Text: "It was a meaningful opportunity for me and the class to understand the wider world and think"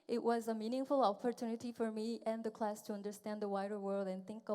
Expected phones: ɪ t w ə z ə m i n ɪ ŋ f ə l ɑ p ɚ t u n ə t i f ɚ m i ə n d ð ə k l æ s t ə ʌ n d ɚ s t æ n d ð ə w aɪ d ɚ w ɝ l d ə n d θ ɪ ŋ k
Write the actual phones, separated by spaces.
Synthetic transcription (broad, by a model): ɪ t w ə z ə m i n ɪ ŋ f ə l ɑ p ɚ t u n ə t i f ɚ m i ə n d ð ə k l æ s t ə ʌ n d ɚ s t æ n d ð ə w aɪ d ɚ w ɝ l d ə n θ ɪ ŋ k